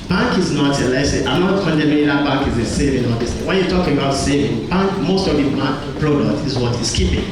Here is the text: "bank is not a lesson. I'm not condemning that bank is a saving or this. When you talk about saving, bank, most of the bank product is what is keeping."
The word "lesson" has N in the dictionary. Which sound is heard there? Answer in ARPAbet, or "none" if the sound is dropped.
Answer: none